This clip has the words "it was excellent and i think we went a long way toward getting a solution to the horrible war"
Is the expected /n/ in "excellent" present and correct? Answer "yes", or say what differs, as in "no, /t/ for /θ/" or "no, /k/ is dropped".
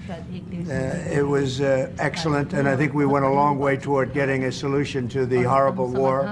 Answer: yes